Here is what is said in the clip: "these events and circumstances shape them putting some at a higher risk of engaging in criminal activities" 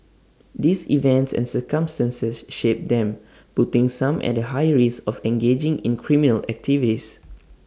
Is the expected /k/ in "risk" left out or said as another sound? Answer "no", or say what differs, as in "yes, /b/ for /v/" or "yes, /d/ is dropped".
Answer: yes, /k/ is dropped